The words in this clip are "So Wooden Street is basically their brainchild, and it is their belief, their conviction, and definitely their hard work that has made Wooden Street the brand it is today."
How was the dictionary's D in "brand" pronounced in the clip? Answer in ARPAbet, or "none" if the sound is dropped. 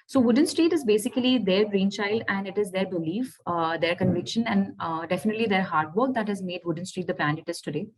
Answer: none